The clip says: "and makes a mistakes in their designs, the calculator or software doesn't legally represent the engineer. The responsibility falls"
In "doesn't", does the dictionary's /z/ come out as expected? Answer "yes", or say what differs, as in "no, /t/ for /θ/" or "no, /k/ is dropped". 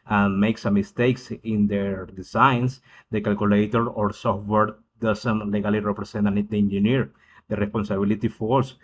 no, /s/ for /z/